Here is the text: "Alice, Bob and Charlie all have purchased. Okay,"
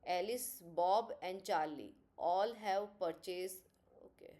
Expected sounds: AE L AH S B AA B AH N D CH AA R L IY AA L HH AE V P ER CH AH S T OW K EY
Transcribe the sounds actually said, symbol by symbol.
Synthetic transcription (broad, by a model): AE L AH S B AA B AH N D CH AA R L IY AA L HH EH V P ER CH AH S OW K EY